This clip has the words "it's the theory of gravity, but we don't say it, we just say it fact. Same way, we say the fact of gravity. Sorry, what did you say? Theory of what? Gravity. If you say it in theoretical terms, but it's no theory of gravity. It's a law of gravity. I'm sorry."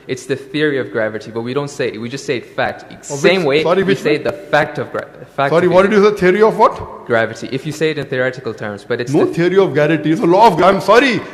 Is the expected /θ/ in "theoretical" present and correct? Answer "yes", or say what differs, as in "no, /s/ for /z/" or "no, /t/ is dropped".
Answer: yes